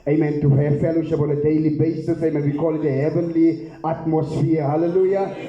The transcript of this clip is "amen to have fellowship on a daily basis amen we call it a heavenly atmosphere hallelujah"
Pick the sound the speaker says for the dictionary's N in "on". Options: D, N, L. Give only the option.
L